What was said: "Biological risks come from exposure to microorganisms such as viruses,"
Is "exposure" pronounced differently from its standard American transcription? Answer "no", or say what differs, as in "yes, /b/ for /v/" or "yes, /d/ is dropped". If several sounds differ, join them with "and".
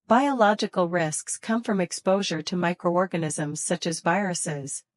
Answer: no